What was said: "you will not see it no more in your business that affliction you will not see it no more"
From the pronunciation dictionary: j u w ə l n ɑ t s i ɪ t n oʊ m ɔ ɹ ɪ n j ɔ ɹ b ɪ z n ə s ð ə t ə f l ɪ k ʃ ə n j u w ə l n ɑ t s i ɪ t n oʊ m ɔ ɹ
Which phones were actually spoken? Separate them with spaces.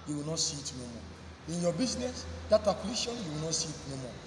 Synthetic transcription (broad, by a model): j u w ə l n ɑ t s i t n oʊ m ɔ ɪ n j ɔ b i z n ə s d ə t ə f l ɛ ʃ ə n j u w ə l n ɑ t s i ɪ t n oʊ m ɔ